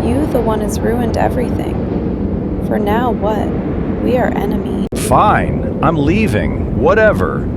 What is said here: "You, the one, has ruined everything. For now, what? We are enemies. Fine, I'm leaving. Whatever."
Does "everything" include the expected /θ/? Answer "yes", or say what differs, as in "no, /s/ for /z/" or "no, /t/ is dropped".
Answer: yes